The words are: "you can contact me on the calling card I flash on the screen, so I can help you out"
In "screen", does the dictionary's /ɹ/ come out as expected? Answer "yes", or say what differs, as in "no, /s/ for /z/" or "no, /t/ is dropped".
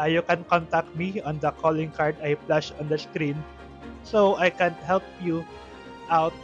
yes